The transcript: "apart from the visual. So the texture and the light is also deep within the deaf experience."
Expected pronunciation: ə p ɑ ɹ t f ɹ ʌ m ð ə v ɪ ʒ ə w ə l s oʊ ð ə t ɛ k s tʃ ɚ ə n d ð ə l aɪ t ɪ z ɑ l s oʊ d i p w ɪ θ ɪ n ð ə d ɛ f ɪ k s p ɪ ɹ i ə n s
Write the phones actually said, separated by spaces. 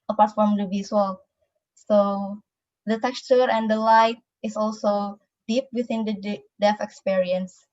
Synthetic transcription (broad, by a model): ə p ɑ ɹ t f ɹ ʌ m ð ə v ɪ s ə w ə l s oʊ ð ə t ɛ k s tʃ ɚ ə n d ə l aɪ t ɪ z ɑ l s oʊ d i p w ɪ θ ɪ n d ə d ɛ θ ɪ k s p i ɹ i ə n s